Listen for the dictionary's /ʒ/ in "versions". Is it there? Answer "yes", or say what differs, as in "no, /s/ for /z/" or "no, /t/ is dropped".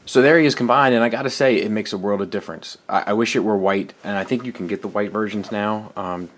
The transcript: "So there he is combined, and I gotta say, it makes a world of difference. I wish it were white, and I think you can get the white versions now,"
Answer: yes